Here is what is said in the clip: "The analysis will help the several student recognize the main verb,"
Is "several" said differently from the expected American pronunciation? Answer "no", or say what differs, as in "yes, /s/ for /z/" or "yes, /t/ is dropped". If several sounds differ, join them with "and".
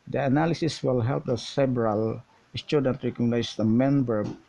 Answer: yes, /b/ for /v/